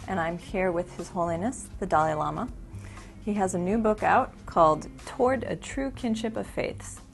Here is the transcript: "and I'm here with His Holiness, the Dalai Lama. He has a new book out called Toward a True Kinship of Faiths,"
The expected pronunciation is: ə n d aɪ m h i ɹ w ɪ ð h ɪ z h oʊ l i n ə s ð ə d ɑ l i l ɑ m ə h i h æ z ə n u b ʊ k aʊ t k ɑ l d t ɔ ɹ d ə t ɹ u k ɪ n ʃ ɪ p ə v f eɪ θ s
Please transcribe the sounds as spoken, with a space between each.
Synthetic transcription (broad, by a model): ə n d aɪ m h i ɹ w ɪ ð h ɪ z h oʊ l i n ə s ð ə d ɑ l i l ɑ m ə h i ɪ z ə n u b ʊ k aʊ t k ɑ l d t ɔ ɹ d ə t ɹ u k ɪ n ʃ ɪ p ə v f eɪ θ s